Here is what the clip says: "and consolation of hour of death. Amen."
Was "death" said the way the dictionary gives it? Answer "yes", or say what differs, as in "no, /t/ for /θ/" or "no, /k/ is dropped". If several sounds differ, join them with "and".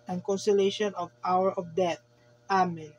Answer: no, /t/ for /θ/